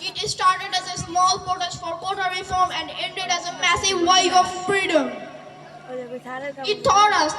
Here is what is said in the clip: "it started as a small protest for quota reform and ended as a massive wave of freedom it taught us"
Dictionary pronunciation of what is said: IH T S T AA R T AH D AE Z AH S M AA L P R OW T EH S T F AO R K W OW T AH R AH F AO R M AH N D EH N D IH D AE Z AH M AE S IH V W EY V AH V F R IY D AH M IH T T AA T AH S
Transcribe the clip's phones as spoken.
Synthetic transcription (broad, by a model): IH T S T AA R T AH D AE Z AH S M AA L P OW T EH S F AO R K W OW T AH R AH F AO R M AH N D EH N D IH D AE Z AH M AE S IH V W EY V AH V F R IY D AH M IH T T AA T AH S